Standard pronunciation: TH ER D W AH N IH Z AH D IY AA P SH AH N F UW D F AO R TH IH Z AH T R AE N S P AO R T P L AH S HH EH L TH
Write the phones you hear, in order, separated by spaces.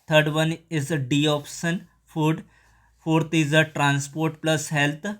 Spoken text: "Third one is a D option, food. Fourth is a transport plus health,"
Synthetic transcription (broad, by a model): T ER D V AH N IH Z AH D IY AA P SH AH N F UW D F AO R T IH Z AH T R AE N S P AO R T P L AH S HH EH L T